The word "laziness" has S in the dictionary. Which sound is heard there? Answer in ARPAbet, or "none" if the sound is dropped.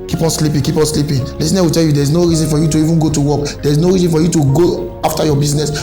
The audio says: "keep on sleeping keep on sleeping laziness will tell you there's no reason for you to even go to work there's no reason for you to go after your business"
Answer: none